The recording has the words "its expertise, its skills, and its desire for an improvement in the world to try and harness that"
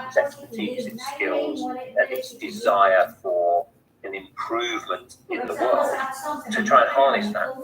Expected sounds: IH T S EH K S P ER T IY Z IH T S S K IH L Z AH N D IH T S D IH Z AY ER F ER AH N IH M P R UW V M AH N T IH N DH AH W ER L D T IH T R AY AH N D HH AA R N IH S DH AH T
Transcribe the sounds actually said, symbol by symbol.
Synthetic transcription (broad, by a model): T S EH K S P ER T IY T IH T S S K IH L Z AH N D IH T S D IH Z AY ER F ER AH N IH M P R UW V M AH N T IH N DH AH W ER L D T IH T R AY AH N HH AA R N IH S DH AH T